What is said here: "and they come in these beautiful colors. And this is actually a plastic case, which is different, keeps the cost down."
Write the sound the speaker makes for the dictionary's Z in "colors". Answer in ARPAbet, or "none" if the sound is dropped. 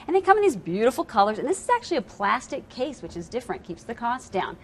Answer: Z